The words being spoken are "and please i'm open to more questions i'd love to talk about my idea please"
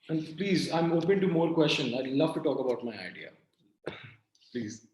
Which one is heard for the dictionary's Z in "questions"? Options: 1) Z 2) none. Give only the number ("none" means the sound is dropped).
2